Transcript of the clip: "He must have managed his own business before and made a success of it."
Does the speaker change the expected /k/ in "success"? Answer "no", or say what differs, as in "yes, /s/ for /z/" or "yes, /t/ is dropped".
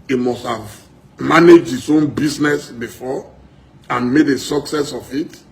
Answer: no